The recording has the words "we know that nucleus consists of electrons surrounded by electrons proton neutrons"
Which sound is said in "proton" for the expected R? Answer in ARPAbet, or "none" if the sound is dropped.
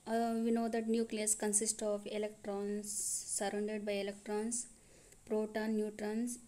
R